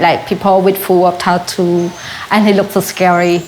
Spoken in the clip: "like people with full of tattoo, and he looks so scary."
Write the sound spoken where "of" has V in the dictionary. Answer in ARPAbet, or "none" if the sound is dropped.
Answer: P